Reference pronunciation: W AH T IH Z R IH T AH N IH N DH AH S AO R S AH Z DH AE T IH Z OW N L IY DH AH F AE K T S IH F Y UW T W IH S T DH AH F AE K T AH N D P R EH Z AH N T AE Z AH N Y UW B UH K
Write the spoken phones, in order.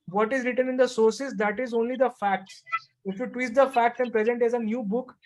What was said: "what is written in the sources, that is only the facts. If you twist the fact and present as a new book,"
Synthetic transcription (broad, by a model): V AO T IH Z R IH T AH N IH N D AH S AO R S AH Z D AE T IH Z OW N L IY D AH F AE K T S IH F Y UW T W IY T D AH F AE K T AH N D P R EH Z AH N T AE Z AH N Y UW B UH K